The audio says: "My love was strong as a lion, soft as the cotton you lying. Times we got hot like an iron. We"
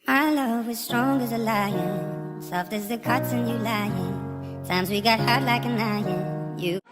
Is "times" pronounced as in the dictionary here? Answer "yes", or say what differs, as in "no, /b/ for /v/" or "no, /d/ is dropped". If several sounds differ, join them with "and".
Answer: yes